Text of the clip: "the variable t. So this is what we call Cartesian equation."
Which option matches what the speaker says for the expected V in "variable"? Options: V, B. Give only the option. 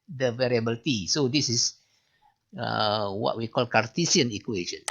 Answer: V